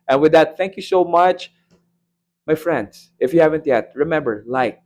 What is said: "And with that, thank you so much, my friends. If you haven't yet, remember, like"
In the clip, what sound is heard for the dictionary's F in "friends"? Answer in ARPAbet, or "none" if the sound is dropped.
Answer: F